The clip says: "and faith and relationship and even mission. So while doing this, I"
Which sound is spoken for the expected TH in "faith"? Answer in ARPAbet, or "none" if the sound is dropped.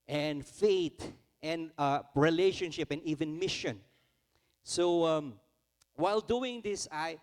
T